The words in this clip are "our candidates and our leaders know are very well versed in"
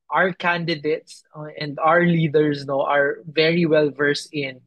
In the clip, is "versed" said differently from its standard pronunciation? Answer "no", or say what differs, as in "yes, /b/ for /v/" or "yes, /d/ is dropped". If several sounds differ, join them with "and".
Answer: yes, /t/ is dropped